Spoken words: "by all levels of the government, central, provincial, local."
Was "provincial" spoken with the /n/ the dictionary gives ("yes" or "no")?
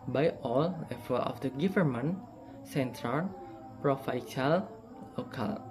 no